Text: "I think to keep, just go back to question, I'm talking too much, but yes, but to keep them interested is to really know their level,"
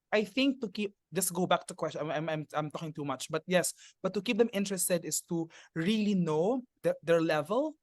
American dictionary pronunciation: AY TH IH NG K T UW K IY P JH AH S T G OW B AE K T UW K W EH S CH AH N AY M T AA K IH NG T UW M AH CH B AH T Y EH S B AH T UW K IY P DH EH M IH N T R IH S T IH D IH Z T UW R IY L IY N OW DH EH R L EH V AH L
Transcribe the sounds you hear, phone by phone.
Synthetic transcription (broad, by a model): AY TH IH NG K T UW K IY P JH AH S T G OW B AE K T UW K W EH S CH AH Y AY M T AA K IH NG T UW M AH CH B AH T Y EH S B AH T UW K IY P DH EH M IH N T R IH S T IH D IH S T UW R IY L IY N OW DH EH R L EH V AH L